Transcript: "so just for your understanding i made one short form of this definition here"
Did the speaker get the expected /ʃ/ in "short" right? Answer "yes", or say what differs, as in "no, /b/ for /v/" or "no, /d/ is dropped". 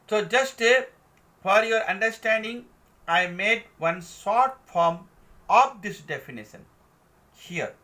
no, /s/ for /ʃ/